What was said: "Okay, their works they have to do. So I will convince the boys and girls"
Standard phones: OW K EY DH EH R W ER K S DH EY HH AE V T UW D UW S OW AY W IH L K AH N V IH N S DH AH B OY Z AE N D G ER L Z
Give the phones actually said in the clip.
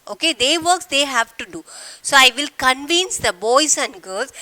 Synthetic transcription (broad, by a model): OW K EY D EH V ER K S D EY HH AE V T UW D UW S OW AY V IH L K AH N V IH N S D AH B OY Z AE N D G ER L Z